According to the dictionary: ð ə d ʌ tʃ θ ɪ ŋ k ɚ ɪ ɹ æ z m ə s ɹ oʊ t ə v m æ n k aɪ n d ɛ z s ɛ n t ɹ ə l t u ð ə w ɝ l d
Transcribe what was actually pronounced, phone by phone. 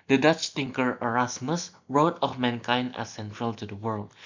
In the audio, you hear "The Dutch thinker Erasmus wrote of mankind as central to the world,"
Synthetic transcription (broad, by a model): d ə d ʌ tʃ t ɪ ŋ k ɚ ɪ ɹ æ s m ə s ɹ oʊ t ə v m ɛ n k aɪ n d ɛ s ɛ n t ɹ ə l t u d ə w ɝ l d